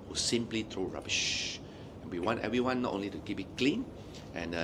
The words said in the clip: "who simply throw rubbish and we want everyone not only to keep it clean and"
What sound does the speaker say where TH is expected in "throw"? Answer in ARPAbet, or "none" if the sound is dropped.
T